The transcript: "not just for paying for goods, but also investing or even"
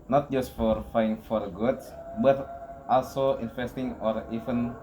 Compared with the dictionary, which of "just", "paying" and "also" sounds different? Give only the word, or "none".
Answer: paying